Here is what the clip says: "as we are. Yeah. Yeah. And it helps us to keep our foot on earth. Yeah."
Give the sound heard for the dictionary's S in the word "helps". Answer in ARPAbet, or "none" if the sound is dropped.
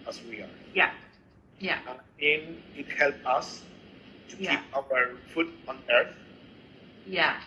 none